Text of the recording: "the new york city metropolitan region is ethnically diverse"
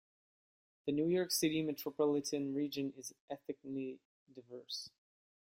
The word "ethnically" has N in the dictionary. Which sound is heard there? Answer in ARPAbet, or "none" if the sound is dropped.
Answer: none